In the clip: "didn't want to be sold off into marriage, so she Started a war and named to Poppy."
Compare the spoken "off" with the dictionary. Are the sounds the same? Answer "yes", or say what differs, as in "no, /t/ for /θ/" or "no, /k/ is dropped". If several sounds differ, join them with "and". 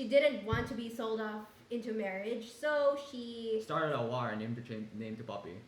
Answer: no, /p/ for /f/